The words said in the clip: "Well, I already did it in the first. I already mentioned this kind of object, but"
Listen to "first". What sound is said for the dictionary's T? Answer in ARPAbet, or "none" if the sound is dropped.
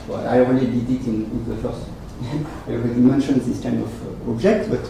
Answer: none